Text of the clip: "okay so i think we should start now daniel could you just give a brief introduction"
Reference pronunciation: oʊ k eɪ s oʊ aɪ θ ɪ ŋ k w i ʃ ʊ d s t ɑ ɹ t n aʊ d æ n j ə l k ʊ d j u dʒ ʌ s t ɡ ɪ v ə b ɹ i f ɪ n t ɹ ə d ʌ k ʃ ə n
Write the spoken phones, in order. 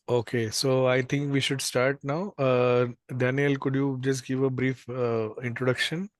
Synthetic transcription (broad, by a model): oʊ k eɪ s oʊ aɪ t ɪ ŋ k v i ʃ ʊ d s t ɑ ɹ t n aʊ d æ n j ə l k ʊ d j u dʒ ʌ s t ɡ ɪ v ə b ɹ i f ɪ n t ɹ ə d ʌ k ʃ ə n